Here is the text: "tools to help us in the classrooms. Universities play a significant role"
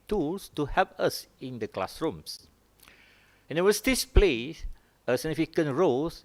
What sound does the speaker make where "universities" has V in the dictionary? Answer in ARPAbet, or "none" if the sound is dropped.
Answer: W